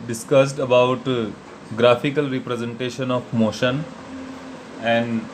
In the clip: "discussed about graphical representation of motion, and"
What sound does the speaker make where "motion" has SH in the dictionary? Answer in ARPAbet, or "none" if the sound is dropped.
SH